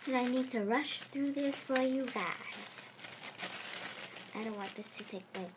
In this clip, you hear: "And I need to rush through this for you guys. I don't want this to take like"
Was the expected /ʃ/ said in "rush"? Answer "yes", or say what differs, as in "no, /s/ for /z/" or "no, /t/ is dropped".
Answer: yes